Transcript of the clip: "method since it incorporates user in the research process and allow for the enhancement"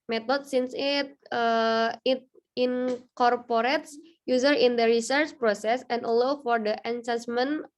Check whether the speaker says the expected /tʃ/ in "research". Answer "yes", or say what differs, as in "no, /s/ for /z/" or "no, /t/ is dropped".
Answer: yes